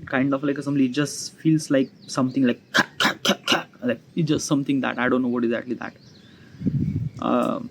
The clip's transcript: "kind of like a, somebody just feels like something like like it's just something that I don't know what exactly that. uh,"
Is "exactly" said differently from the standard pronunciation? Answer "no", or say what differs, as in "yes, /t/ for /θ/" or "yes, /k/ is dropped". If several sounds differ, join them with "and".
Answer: yes, /k/ is dropped